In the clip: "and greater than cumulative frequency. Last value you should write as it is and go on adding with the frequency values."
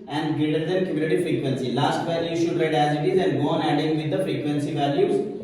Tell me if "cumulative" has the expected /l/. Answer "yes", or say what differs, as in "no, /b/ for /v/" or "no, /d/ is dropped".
no, /n/ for /l/